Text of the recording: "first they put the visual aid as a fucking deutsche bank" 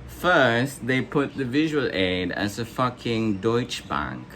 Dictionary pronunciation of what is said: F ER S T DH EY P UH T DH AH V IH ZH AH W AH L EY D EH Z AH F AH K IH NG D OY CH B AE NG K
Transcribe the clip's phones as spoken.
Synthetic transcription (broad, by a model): F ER S T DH EY P UH T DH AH V IH ZH AH W AH L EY D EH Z AH F AH K IH NG D OY CH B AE NG K